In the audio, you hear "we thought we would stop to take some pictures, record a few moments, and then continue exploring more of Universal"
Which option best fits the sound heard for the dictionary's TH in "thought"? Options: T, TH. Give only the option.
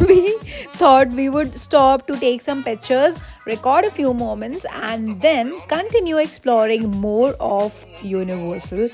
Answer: T